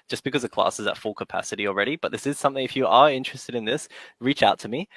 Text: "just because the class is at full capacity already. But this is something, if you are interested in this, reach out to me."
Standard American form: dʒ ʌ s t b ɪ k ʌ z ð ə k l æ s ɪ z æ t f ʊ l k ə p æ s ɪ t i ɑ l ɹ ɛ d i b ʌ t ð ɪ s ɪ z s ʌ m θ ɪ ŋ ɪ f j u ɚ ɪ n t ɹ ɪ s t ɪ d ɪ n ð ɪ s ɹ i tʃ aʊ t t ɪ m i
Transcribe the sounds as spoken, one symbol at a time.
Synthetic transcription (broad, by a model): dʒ ʌ s b ɪ k ʌ z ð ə k l æ s ɪ z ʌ t f ʊ l k ə p æ s ɪ t i l ɹ ɛ d i b ʌ t ð ɪ s ɪ z s ʌ m θ ɪ ŋ ɪ f j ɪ ɚ ɪ n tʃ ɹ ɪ s t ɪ d ɪ n ð ɪ s ɹ i tʃ aʊ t t ɪ m i